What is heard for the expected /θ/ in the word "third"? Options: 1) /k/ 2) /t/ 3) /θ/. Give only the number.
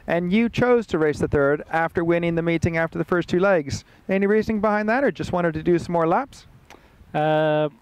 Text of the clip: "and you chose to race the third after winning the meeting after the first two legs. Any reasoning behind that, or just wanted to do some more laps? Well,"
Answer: 3